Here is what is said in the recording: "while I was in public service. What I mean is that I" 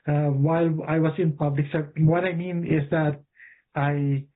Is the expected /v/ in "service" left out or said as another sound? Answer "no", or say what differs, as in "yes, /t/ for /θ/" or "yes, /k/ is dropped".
yes, /p/ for /v/